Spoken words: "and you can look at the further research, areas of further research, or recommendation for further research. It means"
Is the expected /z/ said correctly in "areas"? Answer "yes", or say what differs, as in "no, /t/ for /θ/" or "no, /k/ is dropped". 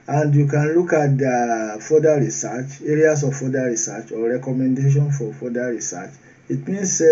no, /s/ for /z/